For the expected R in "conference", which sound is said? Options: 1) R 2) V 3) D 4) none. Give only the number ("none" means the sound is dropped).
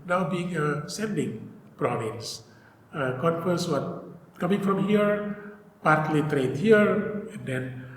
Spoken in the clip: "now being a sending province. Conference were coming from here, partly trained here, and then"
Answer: 4